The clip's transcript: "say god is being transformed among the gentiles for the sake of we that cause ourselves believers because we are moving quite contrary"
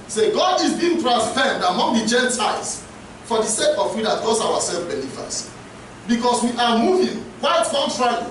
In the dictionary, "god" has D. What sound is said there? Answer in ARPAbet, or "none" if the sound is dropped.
D